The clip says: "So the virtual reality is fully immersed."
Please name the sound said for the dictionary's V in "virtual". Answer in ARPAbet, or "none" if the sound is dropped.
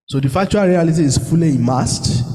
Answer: F